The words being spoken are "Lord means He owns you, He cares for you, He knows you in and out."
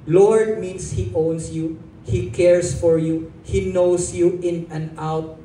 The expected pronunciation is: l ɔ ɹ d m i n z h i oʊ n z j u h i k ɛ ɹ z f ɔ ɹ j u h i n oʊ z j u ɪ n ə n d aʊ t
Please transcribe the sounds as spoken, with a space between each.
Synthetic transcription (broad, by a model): l ɔ ɹ d m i n s h i oʊ n s j u h i k ɛ ɹ s f ɔ ɹ j u h i n oʊ s j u ɪ n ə n aʊ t